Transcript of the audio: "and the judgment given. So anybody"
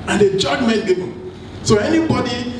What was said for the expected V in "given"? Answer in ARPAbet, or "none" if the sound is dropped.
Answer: B